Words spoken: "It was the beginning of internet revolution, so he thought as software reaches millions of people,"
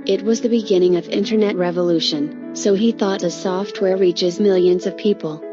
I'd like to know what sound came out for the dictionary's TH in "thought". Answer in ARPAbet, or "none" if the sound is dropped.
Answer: TH